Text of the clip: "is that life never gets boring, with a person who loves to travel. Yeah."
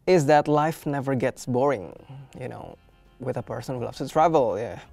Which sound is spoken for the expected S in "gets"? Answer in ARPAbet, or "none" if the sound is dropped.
S